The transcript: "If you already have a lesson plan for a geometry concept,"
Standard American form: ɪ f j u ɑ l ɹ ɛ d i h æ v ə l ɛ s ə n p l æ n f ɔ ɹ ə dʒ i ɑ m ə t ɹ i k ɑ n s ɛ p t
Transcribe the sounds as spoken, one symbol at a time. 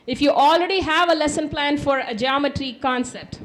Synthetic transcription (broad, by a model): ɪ f j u ɑ l ɹ ɛ d i h æ v ə l ɛ s ə n p l æ n f ɔ ɹ ə dʒ i ɑ m ə t ɹ i k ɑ n s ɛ p t